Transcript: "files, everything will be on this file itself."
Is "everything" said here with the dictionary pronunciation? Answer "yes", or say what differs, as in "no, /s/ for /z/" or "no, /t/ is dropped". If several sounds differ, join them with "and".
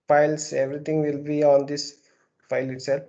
no, /t/ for /θ/